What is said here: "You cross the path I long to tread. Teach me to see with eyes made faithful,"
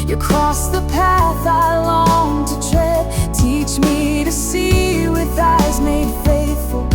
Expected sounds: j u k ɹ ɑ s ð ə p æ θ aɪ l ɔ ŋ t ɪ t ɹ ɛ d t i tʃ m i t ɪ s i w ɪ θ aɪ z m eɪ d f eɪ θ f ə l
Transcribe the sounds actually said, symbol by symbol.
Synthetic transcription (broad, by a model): j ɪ k ɹ ɑ s ð ə p æ θ aɪ l ɔ ŋ t ɪ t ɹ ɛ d t i tʃ m i t ɪ s i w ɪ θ aɪ z m eɪ d f eɪ θ f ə l